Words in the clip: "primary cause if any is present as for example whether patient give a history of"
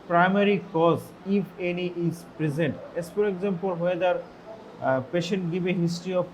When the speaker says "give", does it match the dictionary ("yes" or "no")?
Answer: no